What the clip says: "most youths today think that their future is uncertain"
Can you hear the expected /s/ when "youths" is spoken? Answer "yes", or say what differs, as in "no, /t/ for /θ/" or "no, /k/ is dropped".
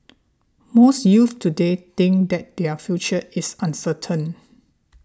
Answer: no, /s/ is dropped